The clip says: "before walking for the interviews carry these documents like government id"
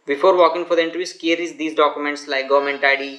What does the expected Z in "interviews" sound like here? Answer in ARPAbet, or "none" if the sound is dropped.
S